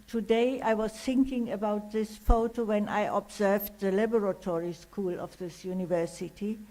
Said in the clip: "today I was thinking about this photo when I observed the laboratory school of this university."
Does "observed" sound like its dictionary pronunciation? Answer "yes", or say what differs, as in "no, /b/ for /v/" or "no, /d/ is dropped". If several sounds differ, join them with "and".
yes